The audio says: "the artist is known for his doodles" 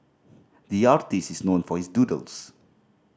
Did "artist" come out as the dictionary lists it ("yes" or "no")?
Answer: yes